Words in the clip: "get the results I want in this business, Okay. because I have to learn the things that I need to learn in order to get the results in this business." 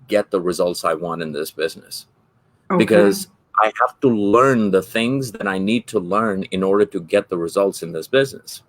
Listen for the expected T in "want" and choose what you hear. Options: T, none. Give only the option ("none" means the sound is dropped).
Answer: T